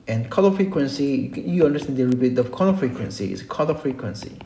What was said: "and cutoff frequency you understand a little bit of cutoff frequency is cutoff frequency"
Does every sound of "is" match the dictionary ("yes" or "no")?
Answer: no